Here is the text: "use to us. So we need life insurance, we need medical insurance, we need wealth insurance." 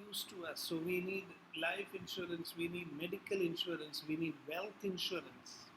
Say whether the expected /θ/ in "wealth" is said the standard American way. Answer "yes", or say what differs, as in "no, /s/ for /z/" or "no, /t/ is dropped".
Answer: no, /t/ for /θ/